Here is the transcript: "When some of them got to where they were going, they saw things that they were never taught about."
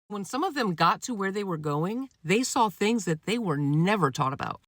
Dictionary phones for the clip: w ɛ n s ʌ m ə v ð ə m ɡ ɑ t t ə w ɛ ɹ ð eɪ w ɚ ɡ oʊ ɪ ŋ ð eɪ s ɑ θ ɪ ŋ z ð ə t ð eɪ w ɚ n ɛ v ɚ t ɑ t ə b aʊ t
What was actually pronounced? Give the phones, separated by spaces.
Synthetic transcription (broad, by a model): w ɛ n s ʌ m ə v ð ə m ɡ ɑ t t ə w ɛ ɹ ð eɪ w ɚ ɡ oʊ ɪ ŋ ð eɪ s ɑ θ ɪ ŋ z ð ə t ð eɪ w ɚ n ɛ v ɚ t ɑ t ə b aʊ t